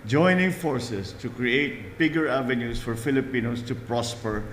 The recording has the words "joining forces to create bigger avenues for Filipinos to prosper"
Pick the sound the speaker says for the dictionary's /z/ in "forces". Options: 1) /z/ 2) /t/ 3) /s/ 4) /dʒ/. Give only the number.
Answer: 3